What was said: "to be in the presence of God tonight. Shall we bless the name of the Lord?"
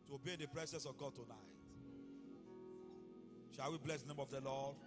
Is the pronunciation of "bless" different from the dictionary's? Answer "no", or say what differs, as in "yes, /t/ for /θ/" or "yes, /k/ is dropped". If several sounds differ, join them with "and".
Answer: no